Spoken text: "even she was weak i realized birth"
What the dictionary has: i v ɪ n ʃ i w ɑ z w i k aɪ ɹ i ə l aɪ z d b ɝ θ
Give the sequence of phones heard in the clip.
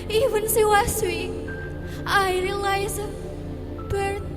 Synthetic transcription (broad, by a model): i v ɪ n s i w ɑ s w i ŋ aɪ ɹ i l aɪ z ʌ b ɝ